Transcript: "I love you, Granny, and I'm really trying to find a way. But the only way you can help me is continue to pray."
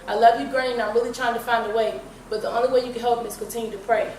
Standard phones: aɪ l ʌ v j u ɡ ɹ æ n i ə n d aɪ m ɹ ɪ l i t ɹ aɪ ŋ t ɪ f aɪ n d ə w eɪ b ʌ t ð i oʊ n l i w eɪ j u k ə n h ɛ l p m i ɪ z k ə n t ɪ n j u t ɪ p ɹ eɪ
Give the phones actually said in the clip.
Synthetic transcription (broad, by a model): aɪ l ʌ v j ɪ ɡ ɹ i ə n aɪ m ɹ ɪ l i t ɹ aɪ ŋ t ɪ f aɪ n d ə w eɪ b ʌ t ð i oʊ n l i w eɪ j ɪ k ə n h ɛ l p m i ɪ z k ə n t ɪ n j u t ɪ p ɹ eɪ